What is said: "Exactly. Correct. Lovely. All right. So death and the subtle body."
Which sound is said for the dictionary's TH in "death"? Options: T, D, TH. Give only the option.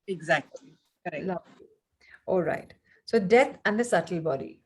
T